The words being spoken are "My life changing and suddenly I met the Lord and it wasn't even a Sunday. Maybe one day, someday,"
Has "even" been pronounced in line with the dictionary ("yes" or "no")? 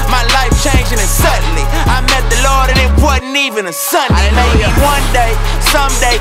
yes